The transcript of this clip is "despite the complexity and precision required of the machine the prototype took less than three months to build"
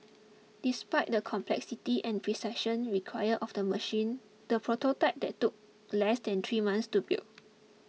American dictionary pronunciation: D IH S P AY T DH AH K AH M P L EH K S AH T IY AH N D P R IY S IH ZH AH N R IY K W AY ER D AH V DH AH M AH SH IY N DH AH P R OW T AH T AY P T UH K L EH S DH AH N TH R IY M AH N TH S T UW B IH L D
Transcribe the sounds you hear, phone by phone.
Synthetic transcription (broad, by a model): D IH S P AY T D AH K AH M P L EH K S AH T IY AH N P R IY S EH SH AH N R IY K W AY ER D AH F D AH M AH SH IY N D AH P R OW T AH T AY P T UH K L EH S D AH N T R IY M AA N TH S T UW B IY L